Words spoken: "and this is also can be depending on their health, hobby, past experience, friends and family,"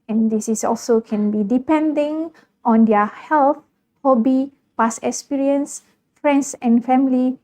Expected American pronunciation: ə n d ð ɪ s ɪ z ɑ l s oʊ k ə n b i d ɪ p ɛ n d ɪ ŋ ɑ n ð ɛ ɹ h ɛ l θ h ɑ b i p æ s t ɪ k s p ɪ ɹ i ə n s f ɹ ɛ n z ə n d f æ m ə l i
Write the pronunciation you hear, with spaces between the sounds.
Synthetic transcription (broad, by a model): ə n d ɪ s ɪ s ɑ l s oʊ k ə n b i d ɪ p ɛ n d ɪ ŋ ɑ n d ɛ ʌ h ɛ l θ h ɑ b i p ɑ s ɪ k s p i ɹ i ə n s f ɹ ɛ n s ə n f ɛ m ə l i